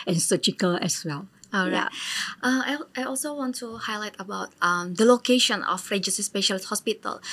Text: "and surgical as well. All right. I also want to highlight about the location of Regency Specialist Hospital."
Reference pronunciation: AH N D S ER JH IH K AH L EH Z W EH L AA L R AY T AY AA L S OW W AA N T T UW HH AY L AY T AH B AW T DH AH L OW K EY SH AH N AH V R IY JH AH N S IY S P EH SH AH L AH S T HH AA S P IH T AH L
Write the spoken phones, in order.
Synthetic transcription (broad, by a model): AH N S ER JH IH K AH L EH S W EH L AA L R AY T AY AA L S OW W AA N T T UW HH AY L AY T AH B AW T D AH L OW K EY SH AH N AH F R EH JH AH S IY S P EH SH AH L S HH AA S P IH T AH L